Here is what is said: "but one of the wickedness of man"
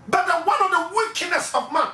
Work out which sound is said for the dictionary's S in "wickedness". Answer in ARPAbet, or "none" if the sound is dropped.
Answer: S